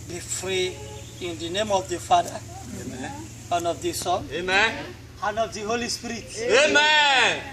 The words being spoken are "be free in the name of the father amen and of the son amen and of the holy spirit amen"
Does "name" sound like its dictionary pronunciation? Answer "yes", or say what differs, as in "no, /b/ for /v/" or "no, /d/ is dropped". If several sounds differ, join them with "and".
yes